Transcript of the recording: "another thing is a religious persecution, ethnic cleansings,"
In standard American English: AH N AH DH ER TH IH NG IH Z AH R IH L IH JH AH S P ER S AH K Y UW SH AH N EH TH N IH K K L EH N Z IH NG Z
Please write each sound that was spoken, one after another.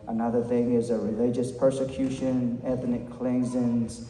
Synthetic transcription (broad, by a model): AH N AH DH ER TH IH NG IH Z AH R IH L IH JH AH S P ER S AH K Y UW SH AH N EH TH N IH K K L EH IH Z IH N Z